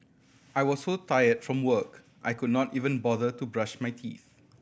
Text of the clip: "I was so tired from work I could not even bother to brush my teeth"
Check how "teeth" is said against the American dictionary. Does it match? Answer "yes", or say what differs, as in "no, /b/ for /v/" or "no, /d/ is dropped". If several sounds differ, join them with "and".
yes